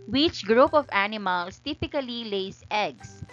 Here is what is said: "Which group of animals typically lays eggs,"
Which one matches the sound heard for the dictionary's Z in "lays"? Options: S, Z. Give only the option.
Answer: S